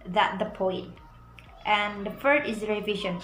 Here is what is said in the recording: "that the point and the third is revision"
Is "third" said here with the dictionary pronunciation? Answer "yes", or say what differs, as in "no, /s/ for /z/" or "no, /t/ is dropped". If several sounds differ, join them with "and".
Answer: no, /f/ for /θ/